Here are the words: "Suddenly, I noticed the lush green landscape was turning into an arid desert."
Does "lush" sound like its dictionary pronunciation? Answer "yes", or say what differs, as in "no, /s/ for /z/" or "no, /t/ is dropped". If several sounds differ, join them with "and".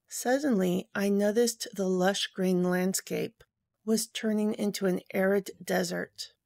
yes